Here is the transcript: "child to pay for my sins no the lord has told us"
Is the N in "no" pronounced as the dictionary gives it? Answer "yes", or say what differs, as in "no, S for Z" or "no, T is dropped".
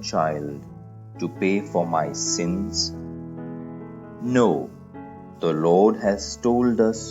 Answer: yes